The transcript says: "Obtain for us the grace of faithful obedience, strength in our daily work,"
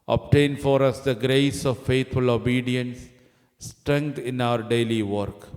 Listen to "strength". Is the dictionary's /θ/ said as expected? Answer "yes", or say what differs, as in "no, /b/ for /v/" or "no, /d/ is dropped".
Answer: no, /t/ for /θ/